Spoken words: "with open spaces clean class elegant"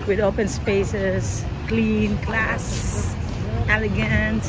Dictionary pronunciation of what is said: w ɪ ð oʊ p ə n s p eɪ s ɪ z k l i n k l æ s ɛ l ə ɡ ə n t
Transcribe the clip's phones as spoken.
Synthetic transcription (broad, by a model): w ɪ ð oʊ p ə n s p eɪ s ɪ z k l i n k l æ s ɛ l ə ɡ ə n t